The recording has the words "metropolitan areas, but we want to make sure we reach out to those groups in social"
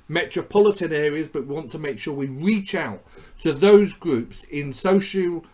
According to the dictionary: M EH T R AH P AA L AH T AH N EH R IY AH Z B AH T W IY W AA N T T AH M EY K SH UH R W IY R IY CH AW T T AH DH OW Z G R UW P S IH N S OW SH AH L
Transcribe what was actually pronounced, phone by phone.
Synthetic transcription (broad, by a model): M EH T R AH P AA L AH T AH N EH R IY AH Z B AH T W IY W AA N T T AH M EY K SH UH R W IY R IY CH AW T T AH DH OW Z G R UW P S IH N S OW SH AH L